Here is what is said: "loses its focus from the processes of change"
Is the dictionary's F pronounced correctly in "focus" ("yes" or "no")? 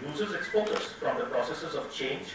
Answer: no